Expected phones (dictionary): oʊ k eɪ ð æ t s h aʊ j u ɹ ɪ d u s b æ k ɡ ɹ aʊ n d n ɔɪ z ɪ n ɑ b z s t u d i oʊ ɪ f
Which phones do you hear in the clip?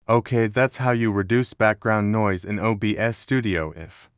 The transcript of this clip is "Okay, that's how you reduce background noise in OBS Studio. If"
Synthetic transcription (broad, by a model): oʊ k eɪ ð æ t s h aʊ j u ɹ ɪ d u s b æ k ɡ ɹ aʊ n n ɔɪ z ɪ n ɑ b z s t u d i oʊ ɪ f